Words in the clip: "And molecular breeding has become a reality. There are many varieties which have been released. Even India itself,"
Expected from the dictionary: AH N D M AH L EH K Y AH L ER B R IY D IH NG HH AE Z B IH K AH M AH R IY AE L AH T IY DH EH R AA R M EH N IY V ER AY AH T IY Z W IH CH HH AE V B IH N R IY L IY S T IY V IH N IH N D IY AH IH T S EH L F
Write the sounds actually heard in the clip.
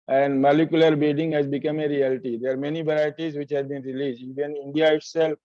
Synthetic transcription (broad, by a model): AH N D M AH L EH K Y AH L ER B IY D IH NG HH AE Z B IH K AH M AH R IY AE L T IY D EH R AA R M EH N IY V ER AY AH T IY Z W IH CH HH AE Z B IH N R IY L IY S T IY V IH N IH N D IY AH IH T S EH L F